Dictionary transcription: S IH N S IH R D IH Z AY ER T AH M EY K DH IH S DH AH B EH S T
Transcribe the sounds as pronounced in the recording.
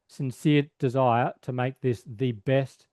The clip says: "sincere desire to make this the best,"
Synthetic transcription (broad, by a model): S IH N S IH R D IH Z AY ER T AH M EY K DH IH S DH AH B EH S T